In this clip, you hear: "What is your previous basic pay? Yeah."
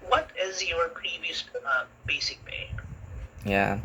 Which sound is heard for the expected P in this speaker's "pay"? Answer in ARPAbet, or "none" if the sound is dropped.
B